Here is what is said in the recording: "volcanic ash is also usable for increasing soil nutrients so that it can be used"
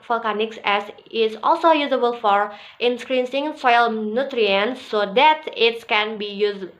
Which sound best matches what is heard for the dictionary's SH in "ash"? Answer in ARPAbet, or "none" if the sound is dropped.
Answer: S